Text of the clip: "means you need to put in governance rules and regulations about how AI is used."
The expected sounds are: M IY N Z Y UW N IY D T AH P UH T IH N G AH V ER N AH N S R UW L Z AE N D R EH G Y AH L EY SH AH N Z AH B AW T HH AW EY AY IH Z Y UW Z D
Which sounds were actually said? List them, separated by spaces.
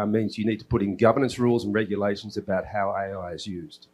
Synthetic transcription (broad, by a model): M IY N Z Y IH N IY D T AH P UH T IH N G AH V ER N AH N S R UW L Z N R EH G Y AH L EY SH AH N Z AH B AW T HH AW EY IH IH Z Y UW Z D